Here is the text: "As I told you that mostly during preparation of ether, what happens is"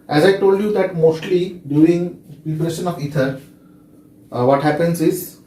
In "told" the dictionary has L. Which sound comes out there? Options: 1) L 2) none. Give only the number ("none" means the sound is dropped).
1